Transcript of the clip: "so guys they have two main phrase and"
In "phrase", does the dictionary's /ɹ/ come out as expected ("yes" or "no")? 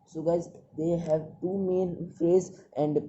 no